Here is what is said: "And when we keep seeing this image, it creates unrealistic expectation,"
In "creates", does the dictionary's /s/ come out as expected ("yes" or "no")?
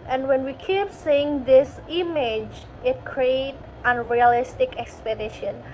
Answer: no